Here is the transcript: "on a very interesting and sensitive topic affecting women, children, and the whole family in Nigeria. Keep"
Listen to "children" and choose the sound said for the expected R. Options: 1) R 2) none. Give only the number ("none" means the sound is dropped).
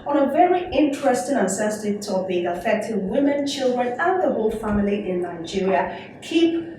1